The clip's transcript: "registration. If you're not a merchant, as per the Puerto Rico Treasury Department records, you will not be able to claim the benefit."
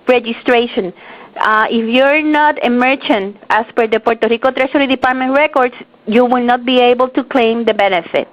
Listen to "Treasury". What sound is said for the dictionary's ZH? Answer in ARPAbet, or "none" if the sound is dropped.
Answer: SH